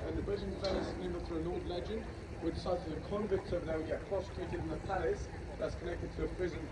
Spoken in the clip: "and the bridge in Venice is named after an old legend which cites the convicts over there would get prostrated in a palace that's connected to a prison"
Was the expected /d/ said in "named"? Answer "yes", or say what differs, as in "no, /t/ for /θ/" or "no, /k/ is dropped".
no, /d/ is dropped